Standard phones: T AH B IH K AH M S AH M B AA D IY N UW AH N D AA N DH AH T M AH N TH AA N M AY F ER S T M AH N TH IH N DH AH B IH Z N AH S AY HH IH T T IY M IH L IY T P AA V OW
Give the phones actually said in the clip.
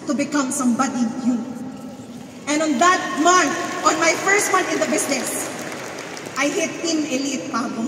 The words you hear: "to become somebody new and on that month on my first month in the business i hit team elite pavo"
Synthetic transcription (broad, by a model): T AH B IH K AH M S AH M B AA D IY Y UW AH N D AA N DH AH T M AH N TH AA N M AY F ER S T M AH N T IH N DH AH B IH S N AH S AY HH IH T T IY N IH L IY T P AA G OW